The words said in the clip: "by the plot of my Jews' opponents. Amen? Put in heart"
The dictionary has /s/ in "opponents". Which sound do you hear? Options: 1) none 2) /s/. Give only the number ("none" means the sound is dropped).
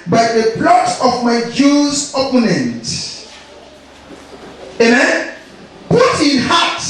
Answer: 1